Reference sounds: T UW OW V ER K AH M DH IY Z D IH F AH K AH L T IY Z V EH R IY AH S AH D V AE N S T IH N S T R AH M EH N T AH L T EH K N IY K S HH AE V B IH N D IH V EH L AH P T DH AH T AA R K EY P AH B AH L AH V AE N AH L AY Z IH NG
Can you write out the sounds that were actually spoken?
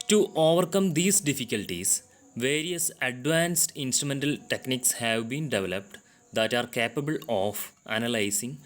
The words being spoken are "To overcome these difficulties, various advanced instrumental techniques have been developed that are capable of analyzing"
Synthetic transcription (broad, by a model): T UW OW V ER K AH M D IY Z D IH F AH K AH L T IY S V EH R IY AH S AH D V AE N S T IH N S T R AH M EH N T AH L T EH K N IY K S HH AE V B IH N D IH V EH L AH P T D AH T AA R K EY P AH B AH L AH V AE N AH L AY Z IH NG